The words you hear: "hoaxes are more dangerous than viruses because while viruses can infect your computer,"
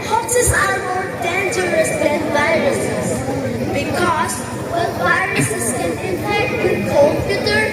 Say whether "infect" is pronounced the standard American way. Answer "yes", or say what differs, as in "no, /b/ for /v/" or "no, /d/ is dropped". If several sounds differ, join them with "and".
no, /f/ is dropped